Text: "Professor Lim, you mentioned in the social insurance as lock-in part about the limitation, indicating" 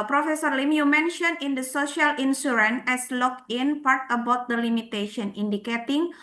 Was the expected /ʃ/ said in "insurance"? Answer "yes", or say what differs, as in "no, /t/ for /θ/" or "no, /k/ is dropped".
no, /s/ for /ʃ/